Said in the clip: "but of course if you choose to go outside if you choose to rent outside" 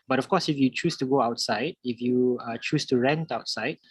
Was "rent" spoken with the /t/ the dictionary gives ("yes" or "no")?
yes